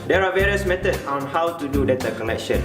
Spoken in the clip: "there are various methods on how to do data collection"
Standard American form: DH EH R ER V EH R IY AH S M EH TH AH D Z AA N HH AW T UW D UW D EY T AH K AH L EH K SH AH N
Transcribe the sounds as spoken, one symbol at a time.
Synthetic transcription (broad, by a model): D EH R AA V EH R IY AH S M EH T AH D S AA N HH AW T UW D UW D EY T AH K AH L EH K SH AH N